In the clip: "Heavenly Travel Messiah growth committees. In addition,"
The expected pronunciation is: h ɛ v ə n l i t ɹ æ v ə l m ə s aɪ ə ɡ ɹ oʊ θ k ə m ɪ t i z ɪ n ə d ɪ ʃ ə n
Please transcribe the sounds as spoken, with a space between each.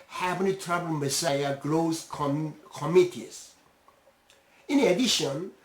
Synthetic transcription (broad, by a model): h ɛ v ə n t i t ɹ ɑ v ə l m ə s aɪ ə ɡ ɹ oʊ s k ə m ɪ t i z ɪ n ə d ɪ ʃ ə n